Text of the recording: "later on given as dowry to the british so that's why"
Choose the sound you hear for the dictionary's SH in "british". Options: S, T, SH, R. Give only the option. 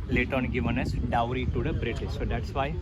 S